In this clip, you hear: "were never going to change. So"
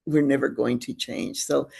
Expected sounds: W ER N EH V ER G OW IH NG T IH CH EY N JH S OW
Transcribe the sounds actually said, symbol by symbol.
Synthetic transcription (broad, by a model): W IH N EH V ER G OW IH NG T IH CH EY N ZH S OW